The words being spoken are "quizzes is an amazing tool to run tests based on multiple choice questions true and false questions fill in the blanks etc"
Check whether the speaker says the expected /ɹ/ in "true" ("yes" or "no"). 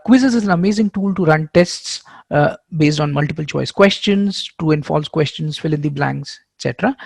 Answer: no